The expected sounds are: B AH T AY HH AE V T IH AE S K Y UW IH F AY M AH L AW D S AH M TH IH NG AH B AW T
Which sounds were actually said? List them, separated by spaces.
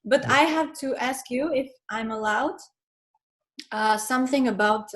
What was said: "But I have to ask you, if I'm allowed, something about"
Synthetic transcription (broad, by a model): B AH T AY HH AE V T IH AE S K Y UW IH F AY M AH L AW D S AH M TH IH NG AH B AW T